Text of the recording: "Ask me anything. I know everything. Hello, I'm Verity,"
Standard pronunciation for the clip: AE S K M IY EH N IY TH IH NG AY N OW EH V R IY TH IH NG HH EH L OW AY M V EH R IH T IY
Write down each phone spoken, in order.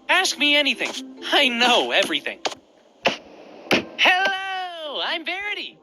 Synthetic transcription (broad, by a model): AE S K M IY EH N IY TH IH NG AY N OW EH V R IY TH IH NG HH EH L OW AY M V EH R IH T IY